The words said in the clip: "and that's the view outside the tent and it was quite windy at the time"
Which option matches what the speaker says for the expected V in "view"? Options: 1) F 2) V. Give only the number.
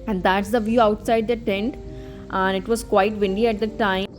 2